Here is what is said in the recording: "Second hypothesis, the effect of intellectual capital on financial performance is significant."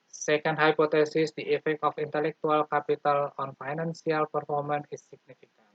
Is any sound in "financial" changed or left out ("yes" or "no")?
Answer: yes